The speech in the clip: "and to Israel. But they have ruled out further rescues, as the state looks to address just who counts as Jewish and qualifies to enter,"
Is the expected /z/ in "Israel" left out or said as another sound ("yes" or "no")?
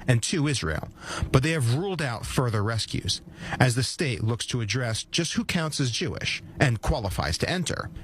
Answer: no